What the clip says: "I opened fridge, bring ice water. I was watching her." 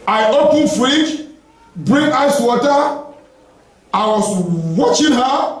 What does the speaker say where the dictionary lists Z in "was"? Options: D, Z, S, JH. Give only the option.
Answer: S